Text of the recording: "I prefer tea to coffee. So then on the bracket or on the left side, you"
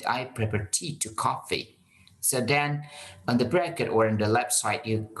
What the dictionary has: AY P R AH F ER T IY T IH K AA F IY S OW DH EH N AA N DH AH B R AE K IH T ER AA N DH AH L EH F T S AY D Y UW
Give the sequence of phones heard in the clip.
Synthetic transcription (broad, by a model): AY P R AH P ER T IY T IH K AA F IY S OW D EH N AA N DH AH B R AE K IH T ER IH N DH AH L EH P S AY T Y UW